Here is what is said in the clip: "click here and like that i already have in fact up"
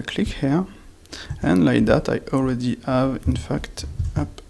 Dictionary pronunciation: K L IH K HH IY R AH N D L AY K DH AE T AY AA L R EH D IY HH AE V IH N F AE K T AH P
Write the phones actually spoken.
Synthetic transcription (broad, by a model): K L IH K HH IY R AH N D L AY K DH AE T AY AA L R EH D IY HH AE V IH N F AE K T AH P